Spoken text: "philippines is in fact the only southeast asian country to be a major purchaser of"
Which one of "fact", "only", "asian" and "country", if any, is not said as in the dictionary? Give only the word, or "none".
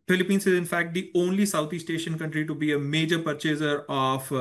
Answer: asian